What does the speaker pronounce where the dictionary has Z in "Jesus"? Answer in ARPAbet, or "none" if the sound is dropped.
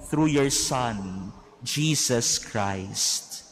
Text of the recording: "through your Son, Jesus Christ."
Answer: S